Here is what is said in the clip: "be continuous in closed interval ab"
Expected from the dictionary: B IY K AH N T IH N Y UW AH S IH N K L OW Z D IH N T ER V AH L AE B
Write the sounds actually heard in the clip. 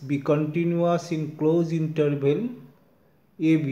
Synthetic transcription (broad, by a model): B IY K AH N T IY N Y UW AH S IH N K L OW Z IY N T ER B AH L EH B